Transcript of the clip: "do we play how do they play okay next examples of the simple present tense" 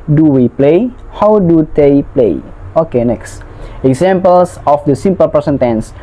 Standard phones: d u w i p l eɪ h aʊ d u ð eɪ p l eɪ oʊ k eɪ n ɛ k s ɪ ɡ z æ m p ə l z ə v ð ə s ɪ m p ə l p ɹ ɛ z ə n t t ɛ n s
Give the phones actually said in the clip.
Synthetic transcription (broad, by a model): d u w i p l eɪ h aʊ d u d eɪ p l eɪ oʊ k eɪ n ɛ k s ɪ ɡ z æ m p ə l s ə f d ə s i m p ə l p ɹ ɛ s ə n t t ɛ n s